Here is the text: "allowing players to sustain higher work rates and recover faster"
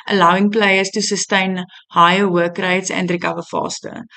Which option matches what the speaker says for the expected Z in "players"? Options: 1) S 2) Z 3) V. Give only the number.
1